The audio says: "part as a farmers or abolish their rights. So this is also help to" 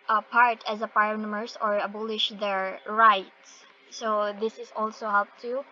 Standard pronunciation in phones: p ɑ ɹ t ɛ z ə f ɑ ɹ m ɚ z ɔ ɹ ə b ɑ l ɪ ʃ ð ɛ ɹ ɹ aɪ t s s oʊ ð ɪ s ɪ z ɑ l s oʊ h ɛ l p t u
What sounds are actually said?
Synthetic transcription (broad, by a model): p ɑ ɹ t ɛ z ə p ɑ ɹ m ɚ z ɔ ɹ ə b ɑ l ɪ ʃ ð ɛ ɹ ɹ aɪ t s s oʊ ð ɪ s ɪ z ɑ l s oʊ h ɛ l p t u